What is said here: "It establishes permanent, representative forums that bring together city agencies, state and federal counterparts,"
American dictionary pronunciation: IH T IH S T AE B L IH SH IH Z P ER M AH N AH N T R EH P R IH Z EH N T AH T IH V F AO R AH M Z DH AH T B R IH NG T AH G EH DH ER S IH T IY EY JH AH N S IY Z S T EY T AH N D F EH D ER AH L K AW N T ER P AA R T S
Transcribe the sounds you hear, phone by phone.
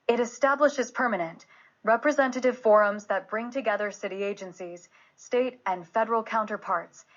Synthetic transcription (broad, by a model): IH T IH S T AE B L IH SH IH Z P ER M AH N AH N T R EH P R IH Z EH N T AH T IH V F AO R AH M Z DH AH T B R IH NG T AH G EH DH ER S IH T IY EY JH AH N S IY Z S T EY T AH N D F EH D ER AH L K AW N T ER P AA R T S